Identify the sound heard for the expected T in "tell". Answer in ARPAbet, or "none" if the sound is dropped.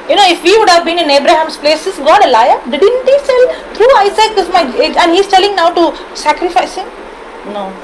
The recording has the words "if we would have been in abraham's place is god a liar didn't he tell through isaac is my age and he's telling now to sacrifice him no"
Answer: S